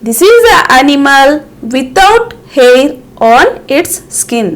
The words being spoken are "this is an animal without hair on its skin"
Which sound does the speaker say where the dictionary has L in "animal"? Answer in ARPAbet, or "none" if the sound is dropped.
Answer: L